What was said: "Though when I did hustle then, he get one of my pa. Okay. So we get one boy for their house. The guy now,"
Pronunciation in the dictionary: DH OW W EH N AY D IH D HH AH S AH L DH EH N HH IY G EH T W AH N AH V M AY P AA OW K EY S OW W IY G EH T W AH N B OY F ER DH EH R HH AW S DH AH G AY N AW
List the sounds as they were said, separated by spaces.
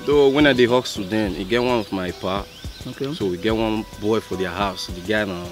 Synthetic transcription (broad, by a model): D OW W EH N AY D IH HH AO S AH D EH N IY G EH T W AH N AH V M AY P AA OW K EY S OW W IY G EH T W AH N B OY F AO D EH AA HH AW S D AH G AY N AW